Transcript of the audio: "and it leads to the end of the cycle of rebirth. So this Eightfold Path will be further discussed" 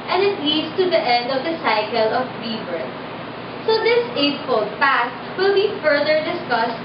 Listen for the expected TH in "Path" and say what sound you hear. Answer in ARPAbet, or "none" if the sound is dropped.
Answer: S